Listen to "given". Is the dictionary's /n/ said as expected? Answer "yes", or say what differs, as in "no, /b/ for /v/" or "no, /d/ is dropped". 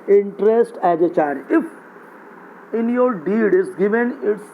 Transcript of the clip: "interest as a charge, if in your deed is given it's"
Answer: yes